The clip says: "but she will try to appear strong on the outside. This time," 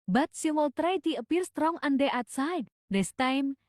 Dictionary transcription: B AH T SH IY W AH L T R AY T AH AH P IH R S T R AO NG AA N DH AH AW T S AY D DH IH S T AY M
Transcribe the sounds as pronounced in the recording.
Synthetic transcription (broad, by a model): B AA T S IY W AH L T R AY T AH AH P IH R S T R AO NG AA N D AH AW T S AY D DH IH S T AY M